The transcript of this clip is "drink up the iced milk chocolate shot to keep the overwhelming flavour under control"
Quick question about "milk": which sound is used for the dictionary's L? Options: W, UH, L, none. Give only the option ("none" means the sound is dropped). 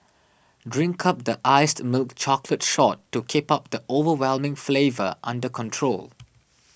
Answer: L